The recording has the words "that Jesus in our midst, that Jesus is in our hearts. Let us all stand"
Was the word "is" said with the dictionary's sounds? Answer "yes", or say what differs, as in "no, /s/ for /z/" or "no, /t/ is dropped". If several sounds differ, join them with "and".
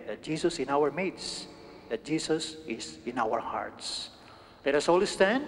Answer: no, /s/ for /z/